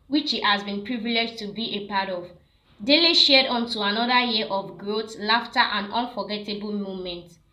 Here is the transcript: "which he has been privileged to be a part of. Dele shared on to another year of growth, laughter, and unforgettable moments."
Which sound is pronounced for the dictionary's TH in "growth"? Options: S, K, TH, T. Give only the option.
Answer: T